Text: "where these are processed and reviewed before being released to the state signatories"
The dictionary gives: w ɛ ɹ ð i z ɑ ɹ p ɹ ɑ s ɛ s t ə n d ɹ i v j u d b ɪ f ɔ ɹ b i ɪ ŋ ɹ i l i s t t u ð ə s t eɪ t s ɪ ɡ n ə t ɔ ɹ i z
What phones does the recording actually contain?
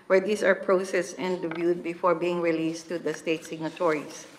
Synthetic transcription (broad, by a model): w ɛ ɹ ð i s ɑ ɹ p ɹ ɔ s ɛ s ə n d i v j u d b ɪ f ɔ ɹ b i ɪ ŋ ɹ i l i s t t u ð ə s t eɪ t s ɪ ɡ n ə t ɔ ɹ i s